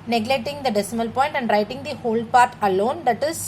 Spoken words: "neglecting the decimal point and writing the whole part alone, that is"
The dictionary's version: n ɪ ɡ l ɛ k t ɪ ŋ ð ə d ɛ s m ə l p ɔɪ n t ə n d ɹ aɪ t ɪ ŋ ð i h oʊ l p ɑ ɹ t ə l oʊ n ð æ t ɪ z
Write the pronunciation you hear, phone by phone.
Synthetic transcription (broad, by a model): n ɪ ɡ l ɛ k t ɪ ŋ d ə d ɛ s m ə l p ɔɪ n t ə n d ɹ aɪ t ɪ ŋ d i h oʊ l p ɑ ɹ t ə l oʊ n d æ t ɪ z